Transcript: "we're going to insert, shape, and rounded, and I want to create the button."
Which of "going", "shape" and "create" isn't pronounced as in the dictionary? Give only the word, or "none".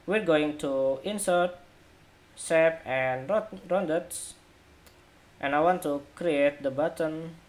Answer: shape